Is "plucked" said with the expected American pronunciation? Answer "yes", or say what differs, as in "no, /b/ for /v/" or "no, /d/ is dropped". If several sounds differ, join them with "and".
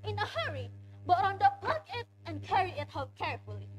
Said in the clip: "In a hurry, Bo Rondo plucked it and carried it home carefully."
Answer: no, /t/ is dropped